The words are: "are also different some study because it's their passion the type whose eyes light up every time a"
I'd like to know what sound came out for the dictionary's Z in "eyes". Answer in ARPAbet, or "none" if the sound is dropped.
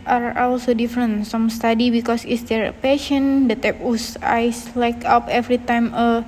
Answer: S